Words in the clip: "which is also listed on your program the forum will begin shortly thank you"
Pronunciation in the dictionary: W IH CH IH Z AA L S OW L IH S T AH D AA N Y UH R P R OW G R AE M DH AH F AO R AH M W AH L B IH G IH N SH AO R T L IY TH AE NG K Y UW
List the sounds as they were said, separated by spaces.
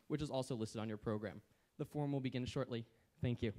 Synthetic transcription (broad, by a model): W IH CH IH Z AA L S OW L IH S T AH D N Y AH R P R OW G R AE M DH AH F AO R M W AH L B IH G IH N SH AO R T L IY TH AE NG K Y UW